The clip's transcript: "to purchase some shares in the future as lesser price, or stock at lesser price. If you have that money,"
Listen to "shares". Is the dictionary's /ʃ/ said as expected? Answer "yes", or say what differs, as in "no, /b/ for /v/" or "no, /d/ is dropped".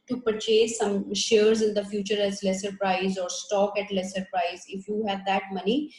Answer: yes